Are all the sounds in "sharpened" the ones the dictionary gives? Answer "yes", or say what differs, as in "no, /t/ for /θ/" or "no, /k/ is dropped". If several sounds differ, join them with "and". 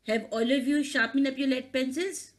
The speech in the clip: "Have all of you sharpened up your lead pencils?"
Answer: no, /d/ is dropped